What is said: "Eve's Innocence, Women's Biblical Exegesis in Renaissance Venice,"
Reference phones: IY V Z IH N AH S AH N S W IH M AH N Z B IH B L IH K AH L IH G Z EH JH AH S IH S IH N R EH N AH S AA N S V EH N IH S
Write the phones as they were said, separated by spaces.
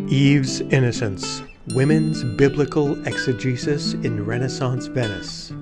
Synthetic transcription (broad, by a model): IY V Z IH N AH S AH N S W IH M AH N Z B IH B L IH K AH L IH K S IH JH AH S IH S IH N R EH N AH S AA N S V EH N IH S